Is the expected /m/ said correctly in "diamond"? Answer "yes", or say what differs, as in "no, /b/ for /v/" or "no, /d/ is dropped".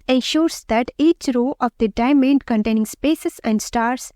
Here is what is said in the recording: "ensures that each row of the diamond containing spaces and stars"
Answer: yes